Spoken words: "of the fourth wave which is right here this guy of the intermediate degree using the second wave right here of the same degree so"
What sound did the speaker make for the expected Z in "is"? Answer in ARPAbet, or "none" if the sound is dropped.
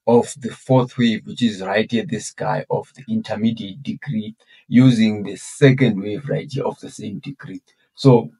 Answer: Z